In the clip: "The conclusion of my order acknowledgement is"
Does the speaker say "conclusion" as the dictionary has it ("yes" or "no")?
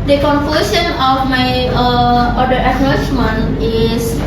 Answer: no